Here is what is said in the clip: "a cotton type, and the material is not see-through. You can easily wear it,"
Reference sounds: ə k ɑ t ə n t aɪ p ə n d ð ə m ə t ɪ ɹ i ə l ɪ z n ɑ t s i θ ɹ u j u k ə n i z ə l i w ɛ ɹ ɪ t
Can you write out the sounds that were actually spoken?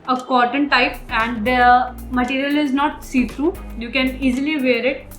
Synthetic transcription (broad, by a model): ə k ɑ t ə n t aɪ p ə n d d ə m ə t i ɹ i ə l ɪ z n ɑ t s i t ɹ u j u k ə n i z ə l i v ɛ ɹ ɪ t